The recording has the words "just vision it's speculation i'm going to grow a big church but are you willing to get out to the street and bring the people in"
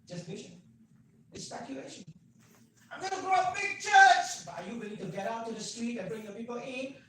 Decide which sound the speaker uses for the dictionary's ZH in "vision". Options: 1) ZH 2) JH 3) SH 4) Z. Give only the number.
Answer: 3